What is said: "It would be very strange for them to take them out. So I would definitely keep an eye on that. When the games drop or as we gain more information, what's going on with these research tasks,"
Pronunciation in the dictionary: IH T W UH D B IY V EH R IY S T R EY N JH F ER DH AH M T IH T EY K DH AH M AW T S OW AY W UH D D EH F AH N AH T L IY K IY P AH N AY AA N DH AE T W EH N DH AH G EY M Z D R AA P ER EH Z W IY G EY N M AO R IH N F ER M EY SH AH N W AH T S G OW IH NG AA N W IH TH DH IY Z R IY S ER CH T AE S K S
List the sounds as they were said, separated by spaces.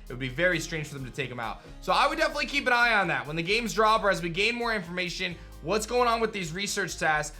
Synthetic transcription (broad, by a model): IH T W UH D B IY V EH R IY S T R EY N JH F ER DH AH M T IH T EY K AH M AW T S OW AY W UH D D EH F AH N AH T L IY K IY P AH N AY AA N DH AE T W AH N DH AH G EY M Z D R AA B ER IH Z W IY G EY N M AO R IH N F ER M EY SH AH N W AH T S G OW IH NG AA N W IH DH IY Z R IY S ER CH T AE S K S